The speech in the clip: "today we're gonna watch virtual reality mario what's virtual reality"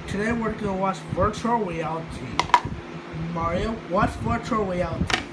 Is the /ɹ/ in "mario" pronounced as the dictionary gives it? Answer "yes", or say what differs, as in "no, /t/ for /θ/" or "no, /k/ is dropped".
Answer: yes